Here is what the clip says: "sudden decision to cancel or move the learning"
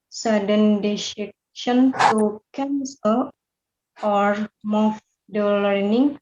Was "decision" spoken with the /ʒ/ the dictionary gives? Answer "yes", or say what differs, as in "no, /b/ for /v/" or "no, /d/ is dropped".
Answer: no, /ʃ/ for /ʒ/